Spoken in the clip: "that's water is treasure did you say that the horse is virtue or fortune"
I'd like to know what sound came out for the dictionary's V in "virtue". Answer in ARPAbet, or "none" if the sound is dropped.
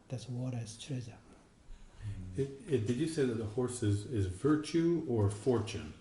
V